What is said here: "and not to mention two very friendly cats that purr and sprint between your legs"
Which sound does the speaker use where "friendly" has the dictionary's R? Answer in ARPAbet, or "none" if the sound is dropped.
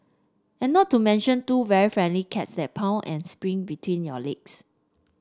R